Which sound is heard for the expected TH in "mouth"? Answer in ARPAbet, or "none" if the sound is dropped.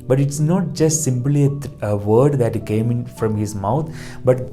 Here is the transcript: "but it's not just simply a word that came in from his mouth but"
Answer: T